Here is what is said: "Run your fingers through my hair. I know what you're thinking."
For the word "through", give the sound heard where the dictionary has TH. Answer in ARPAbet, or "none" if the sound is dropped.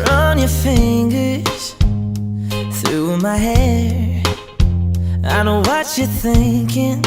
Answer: TH